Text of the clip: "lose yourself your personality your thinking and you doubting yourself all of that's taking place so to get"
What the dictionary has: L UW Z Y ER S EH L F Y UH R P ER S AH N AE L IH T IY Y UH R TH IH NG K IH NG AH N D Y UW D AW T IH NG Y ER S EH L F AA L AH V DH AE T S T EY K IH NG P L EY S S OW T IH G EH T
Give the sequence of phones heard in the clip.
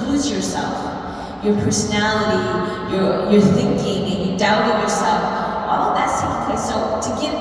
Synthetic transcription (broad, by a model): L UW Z Y ER S EH L F Y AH R P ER S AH N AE L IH T IY Y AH R TH IH NG K IH NG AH N Y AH D AW T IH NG Y ER S EH L F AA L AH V DH AE T S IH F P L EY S S OW T IH G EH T